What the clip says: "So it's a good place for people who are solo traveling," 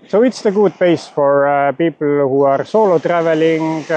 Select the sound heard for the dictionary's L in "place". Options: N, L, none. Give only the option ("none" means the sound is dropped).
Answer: none